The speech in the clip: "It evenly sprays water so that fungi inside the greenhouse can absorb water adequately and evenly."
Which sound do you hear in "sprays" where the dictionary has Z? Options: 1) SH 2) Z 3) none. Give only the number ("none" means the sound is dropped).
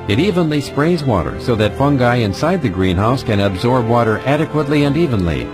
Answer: 2